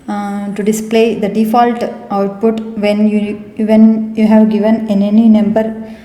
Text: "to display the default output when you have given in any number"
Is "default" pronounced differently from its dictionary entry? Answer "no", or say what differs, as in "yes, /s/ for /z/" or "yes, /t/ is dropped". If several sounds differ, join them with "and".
no